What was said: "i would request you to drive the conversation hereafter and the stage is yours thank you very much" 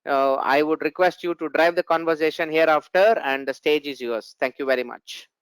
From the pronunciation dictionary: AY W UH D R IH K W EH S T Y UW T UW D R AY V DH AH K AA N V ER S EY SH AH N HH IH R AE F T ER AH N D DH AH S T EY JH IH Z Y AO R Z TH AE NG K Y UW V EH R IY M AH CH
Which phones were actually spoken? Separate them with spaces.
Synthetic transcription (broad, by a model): AY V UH D R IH K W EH S T Y UW T UW D R AY V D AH K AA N V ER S EY SH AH N HH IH R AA F T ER AH N D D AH S T EY JH IH Z Y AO R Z T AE NG K Y UW V EH R IY M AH CH